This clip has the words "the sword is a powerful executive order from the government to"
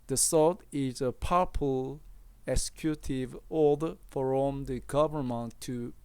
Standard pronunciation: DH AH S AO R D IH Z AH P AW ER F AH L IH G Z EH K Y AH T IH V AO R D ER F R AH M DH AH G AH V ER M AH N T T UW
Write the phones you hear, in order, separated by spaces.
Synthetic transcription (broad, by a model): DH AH S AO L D IH Z AH P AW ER P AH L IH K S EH K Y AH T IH V AO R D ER F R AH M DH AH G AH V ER M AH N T T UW